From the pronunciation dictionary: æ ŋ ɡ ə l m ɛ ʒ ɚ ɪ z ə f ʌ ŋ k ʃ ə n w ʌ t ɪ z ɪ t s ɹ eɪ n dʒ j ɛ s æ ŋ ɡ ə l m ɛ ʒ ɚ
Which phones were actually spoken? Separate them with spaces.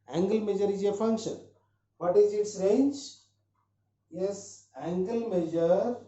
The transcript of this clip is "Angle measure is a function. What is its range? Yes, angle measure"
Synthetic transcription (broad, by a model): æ ŋ ɡ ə l m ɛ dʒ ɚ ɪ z ə f ʌ ŋ k ʃ ə n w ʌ t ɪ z ɪ t s ɹ eɪ n dʒ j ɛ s æ ŋ ɡ ə l m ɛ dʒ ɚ